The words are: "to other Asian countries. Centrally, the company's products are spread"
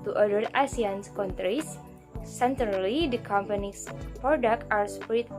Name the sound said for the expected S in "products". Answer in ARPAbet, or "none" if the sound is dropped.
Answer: none